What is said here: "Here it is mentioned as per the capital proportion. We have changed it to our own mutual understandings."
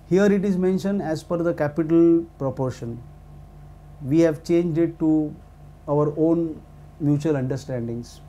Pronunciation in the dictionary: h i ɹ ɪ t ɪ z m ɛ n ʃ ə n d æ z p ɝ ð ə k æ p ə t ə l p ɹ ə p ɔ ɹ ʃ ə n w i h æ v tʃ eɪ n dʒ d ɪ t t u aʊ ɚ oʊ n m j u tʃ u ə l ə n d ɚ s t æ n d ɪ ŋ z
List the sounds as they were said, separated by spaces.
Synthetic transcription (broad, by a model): h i ɹ ɪ t ɪ z m ɛ n ʃ ə n d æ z f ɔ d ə k æ p ə t ə l p ɹ ə p ɔ ɹ ʃ ə n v i h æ v tʃ eɪ n dʒ d ɪ t t u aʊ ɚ oʊ n m j u tʃ u ə l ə n d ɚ s t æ n d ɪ ŋ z